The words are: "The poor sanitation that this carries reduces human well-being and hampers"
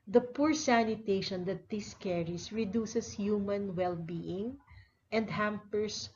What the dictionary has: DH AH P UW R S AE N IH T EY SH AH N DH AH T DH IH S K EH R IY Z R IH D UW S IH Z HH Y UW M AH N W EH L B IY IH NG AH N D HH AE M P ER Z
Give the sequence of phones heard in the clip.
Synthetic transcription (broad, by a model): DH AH P UW R S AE N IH T EY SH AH N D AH T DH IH S K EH R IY S R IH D UW S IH S HH Y UW M AH N W EH L B IY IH NG AH N D HH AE M P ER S